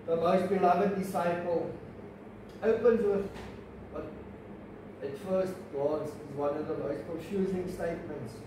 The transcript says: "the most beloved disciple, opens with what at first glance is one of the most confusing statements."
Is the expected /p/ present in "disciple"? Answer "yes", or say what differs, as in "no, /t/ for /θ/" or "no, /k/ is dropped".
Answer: yes